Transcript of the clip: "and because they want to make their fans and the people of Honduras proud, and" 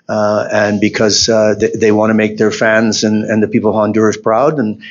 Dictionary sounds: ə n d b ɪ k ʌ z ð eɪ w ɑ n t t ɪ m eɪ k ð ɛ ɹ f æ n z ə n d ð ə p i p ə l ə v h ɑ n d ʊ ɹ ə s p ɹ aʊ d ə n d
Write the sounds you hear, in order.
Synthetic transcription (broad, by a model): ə n b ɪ k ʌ z ð eɪ w ɑ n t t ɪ m eɪ k ð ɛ ɹ f æ n z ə n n ð ə p i p l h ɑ n d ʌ ɹ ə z p ɹ aʊ d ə n